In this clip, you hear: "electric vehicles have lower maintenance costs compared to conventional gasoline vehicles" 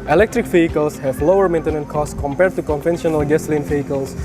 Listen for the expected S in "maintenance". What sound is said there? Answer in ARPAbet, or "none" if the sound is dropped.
none